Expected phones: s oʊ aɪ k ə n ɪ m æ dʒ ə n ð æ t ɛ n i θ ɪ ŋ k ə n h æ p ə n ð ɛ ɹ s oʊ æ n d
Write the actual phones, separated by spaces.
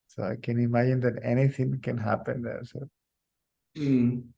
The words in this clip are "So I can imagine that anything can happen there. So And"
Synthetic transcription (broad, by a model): s oʊ aɪ k ə n ɪ m æ dʒ ə n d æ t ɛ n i t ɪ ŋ k ə n h æ p ə n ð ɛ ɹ s oʊ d